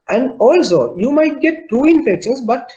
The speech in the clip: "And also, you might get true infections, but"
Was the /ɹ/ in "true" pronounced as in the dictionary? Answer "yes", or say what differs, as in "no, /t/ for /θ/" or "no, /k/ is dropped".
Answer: no, /ɹ/ is dropped